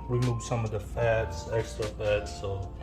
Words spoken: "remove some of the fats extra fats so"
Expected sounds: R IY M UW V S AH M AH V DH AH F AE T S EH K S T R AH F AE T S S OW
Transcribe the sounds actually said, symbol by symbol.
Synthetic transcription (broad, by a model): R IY M UW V S AH M AH V DH AH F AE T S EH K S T AH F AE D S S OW